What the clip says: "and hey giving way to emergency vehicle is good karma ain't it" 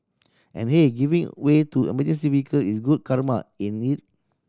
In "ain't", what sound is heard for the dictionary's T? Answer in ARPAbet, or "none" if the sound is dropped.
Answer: none